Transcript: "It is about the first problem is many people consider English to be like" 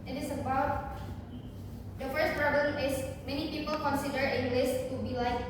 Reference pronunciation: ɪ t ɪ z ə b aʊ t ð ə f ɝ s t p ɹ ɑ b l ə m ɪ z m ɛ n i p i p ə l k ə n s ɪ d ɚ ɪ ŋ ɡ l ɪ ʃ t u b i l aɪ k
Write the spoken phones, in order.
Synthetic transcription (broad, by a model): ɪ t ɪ s ə b aʊ t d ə f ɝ s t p ɹ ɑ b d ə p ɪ s m ɛ n i p i p ə l k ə n s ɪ d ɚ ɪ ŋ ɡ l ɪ s t u b i l aɪ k